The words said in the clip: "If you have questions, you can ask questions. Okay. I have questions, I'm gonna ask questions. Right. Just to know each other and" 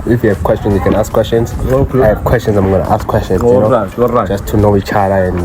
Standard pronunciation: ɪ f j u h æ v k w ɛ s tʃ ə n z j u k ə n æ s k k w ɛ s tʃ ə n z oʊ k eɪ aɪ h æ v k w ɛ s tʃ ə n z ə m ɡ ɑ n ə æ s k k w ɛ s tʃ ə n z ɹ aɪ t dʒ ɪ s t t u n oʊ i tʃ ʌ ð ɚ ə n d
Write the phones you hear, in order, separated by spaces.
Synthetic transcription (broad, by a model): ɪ f j u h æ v k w ɛ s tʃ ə n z j u k ə n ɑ s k k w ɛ s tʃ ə n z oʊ ɑ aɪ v k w ɛ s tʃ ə n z ə m ɡ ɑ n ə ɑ s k k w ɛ s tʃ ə n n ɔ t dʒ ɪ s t t u n oʊ i tʃ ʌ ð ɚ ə n